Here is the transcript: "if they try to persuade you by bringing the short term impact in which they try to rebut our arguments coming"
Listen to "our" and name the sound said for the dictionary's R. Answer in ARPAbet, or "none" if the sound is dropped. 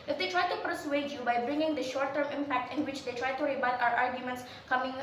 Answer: R